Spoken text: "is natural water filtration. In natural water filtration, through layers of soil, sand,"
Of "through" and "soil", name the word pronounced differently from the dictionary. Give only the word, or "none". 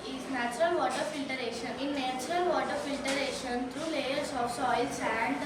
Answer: through